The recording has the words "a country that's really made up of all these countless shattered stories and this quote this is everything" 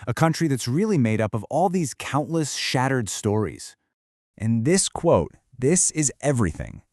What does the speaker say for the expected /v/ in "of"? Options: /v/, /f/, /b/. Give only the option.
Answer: /v/